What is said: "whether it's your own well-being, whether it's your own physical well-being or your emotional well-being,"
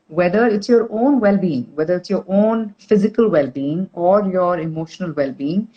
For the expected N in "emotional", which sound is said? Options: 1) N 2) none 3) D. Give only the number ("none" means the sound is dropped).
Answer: 1